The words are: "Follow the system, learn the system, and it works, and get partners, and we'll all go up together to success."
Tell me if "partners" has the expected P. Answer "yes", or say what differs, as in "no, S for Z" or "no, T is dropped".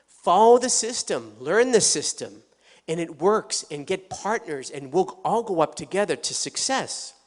yes